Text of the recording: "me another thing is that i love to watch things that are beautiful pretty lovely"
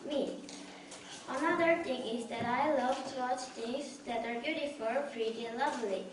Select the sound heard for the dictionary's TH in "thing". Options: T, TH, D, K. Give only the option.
T